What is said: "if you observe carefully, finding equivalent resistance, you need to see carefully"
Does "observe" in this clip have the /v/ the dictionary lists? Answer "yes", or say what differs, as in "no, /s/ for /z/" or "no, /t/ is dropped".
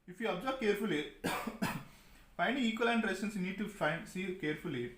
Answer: no, /b/ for /v/